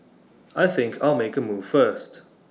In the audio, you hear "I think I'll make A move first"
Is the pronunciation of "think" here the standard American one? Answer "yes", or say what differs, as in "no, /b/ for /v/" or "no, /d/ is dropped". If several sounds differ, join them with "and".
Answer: yes